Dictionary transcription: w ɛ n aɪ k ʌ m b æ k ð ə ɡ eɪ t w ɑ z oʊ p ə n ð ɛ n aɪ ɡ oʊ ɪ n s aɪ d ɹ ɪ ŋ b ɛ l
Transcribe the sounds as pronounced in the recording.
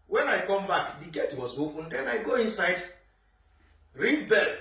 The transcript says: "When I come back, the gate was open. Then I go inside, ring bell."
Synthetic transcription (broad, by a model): w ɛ n aɪ k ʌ m b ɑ k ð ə ɡ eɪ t w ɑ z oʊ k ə n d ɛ n aɪ ɡ oʊ ɪ n s aɪ d ɹ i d b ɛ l